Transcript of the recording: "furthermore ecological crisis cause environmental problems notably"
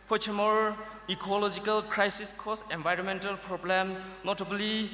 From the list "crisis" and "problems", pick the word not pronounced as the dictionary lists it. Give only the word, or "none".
problems